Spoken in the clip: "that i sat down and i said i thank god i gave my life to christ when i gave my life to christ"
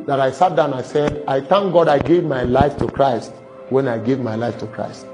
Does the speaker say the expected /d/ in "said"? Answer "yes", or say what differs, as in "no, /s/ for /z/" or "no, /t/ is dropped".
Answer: yes